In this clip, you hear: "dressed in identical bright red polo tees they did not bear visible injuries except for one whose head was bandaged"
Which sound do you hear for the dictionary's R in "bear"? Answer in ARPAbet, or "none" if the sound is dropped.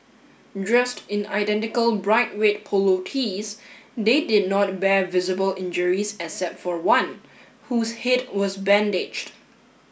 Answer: R